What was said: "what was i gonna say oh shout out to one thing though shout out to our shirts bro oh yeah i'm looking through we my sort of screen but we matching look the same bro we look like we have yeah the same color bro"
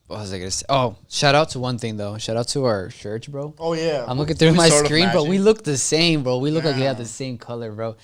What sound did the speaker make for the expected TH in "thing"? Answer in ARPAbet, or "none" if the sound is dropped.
TH